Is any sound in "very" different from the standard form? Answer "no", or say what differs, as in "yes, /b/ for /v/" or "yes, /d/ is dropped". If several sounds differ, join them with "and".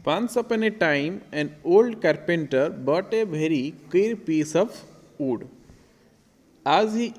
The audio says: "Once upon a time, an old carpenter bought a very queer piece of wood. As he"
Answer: yes, /b/ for /v/